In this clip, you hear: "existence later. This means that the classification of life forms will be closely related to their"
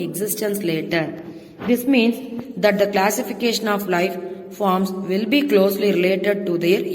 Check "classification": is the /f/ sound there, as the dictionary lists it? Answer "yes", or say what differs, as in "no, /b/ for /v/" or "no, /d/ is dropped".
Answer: yes